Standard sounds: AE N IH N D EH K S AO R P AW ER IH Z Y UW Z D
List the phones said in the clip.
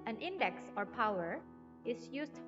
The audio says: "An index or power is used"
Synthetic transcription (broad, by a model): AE N IH N D EH K S AO R P AW ER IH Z Y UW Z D